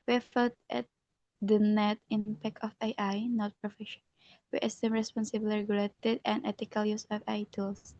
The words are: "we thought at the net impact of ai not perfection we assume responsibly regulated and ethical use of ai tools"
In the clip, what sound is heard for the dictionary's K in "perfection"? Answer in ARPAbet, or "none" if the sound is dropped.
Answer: none